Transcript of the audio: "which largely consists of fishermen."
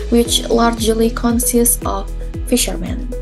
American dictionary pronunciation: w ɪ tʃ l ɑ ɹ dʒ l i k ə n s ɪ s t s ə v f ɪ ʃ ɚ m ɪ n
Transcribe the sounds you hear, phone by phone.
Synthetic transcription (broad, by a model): w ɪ tʃ l ɑ ɹ dʒ l i k ə n s ɪ s t s ə v f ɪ ʃ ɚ m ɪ n